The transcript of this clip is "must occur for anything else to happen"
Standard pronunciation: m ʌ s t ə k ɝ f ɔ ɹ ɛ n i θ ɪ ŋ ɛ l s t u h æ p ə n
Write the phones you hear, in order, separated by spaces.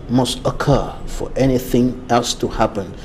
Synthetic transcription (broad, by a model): m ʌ s t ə k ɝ f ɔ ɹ ɛ n i θ ɪ ŋ ɛ l s t u h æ p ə n